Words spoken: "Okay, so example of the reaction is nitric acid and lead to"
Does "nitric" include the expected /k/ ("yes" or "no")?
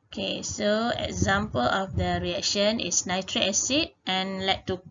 no